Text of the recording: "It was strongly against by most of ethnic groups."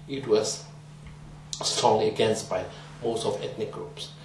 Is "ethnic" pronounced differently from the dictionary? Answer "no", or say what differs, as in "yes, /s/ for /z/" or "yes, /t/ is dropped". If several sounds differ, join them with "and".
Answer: yes, /t/ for /θ/